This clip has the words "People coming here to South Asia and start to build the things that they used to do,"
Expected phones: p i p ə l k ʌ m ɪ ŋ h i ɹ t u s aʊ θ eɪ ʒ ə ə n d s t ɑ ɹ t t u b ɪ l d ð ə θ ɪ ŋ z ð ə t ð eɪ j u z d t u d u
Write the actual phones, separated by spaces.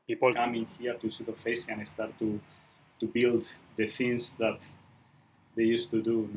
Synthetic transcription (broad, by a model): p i p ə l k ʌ m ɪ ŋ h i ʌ t u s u t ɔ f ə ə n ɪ s t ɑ ɹ t t u b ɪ l d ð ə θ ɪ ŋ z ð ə t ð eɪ j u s t u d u